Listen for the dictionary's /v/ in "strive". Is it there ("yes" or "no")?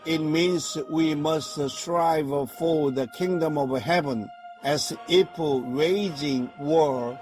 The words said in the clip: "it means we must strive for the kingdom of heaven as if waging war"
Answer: yes